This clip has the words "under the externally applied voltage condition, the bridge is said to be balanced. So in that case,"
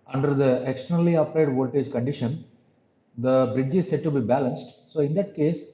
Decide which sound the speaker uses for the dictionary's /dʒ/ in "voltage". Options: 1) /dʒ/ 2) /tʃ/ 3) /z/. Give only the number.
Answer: 1